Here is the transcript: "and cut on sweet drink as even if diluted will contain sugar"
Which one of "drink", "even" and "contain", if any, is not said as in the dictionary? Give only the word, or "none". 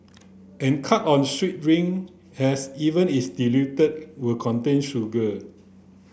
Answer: drink